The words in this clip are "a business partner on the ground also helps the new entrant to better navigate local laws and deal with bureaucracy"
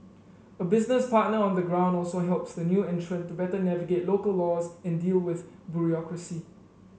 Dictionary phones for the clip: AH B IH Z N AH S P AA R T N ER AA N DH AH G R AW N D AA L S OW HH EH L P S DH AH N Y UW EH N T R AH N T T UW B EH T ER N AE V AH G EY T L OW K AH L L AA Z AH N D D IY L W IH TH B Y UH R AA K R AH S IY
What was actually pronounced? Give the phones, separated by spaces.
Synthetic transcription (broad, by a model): AH B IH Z N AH S P AA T N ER AA N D AH G R AW N D AA L S OW HH EH L P S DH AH N Y UW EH N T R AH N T T UW B EH T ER N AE V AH G EY T L OW K AH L L AA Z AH N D D IY L W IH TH B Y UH R AA K R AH S IY